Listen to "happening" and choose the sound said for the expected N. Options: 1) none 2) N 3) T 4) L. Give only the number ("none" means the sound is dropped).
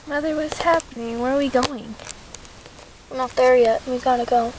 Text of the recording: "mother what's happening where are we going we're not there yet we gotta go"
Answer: 2